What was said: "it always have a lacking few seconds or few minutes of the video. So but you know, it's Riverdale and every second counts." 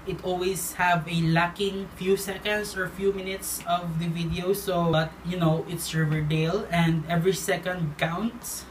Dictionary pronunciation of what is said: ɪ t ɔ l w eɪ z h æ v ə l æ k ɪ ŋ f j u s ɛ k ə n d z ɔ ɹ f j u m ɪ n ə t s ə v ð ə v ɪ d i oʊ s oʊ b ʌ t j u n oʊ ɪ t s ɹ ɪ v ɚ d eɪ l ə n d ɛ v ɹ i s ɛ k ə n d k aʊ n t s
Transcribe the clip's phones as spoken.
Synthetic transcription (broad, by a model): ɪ t ɔ l w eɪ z h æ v ə l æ k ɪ ŋ f j u s ɛ k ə n d s ɔ ɹ f j u m ɪ n ə t s ə v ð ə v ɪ d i oʊ s oʊ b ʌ t j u n oʊ ɪ t s ɹ ɪ v ɚ d eɪ l ə n d ɛ v ɹ i s ɛ k ə n d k aʊ n t s